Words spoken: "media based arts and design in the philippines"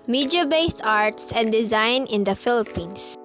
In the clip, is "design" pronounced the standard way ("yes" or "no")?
yes